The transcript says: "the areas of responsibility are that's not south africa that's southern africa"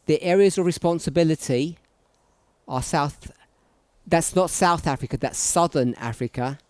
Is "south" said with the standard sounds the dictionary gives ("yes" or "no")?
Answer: yes